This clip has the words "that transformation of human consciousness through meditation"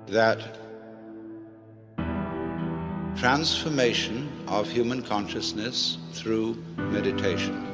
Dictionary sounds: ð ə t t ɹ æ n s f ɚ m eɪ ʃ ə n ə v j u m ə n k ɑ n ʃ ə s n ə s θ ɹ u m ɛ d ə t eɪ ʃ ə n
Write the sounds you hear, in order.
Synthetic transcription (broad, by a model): ð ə t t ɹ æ n s f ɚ m eɪ ʃ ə n ə v j u m ə n k ɑ n ʃ ə s n ə s θ ɹ u m ɛ d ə t eɪ ʃ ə n